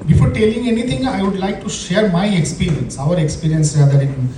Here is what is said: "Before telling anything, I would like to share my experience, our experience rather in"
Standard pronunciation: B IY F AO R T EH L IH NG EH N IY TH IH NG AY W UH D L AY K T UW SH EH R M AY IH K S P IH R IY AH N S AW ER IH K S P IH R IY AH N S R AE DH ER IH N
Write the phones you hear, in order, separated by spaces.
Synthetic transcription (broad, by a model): B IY F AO R T EH L IH NG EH N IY T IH NG AY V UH D L AY K T UW SH EH R M AY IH K S P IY R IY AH N S AW ER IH K S P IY R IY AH N S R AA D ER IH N